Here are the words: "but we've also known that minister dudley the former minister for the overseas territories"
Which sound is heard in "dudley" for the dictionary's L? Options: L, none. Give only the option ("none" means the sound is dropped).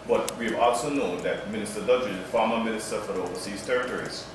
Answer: none